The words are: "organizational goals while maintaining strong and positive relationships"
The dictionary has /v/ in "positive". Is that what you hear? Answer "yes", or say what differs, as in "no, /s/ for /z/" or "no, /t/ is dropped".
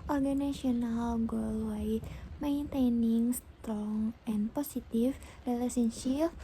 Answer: no, /f/ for /v/